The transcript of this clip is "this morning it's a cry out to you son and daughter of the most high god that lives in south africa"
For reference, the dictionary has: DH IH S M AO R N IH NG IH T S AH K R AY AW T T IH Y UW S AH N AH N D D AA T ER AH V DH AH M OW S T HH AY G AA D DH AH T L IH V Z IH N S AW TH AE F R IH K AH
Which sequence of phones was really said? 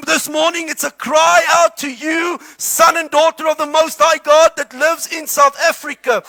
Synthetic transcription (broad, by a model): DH IH S M AO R N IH NG IH T S AH K R AY AW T T IH Y UW S AH N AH N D D AA T ER AH V DH AH M OW S T HH AY G AA D DH AH T L IH V Z IH N S AW TH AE F R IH K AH